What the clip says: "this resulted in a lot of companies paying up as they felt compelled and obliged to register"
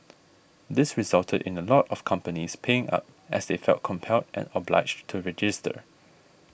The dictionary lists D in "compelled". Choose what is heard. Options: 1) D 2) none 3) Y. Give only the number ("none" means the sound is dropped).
1